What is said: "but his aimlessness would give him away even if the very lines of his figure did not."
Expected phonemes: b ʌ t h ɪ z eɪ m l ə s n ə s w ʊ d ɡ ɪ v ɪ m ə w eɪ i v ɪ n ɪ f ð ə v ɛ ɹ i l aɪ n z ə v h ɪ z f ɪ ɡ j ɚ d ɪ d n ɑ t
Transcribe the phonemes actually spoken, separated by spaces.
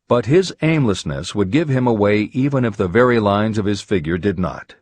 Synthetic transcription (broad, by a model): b ʌ t h ɪ z eɪ m l ə s n ə s w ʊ d ɡ ɪ v ɪ m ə w eɪ i v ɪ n ɪ f ð ə v ɛ ɹ i l aɪ n z ə v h ɪ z f ɪ ɡ j ɚ d ɪ d n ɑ t